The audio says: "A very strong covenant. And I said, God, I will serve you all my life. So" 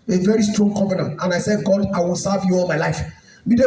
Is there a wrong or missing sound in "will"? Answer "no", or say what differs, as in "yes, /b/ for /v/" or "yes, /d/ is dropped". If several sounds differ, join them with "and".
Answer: no